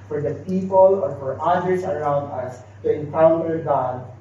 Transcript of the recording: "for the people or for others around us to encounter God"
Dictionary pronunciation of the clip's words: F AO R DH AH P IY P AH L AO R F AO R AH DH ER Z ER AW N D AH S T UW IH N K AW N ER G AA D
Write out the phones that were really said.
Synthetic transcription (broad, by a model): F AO R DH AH P IY P AH L AO R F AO R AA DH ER S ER AW N D AH S T UW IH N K AW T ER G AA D